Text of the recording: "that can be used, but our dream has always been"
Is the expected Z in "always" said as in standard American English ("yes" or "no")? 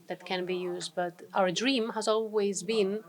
yes